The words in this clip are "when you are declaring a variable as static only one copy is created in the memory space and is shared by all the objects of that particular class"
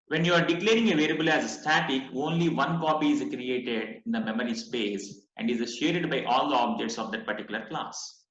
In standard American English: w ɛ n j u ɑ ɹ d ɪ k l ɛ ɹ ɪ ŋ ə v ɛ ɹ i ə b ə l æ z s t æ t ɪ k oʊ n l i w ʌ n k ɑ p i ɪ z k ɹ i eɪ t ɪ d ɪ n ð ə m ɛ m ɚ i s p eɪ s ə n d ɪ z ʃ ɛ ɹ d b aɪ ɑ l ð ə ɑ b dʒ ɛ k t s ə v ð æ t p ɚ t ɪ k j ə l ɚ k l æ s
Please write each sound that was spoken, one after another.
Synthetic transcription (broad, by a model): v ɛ n j u ɑ ɹ d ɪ k l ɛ ɹ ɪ ŋ ə v ɛ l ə b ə l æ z s t æ t ɪ k oʊ n l i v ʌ n k ɑ p i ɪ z k ɹ i eɪ t ɪ d ɪ n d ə m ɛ m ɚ i s p eɪ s ə n d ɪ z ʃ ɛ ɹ d b aɪ ɑ l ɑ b dʒ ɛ t s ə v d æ t p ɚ t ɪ k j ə l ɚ k l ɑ s